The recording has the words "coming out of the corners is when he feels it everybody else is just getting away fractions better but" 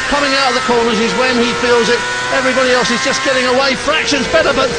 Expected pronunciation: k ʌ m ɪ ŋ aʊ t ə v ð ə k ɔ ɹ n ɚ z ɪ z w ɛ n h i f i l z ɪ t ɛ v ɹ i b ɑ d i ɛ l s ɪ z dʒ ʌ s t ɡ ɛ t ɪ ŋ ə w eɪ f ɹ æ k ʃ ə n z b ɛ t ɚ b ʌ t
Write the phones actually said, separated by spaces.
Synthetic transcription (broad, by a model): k ʌ m ɪ ŋ aʊ t ə v ð ə k ɔ ɹ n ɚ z ɪ z w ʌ n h i f i l z ɪ t ɛ v ɹ i b ɑ d i ɛ l s ɪ z dʒ ʌ s ɡ ɛ t ɪ ŋ ə w eɪ f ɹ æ k ʃ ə n z b ɛ t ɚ b ʌ t